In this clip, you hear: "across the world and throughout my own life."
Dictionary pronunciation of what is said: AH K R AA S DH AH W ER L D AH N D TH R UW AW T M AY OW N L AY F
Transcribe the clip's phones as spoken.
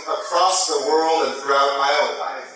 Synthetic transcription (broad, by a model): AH K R AA S DH AH W ER L D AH N TH R UW AW T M AY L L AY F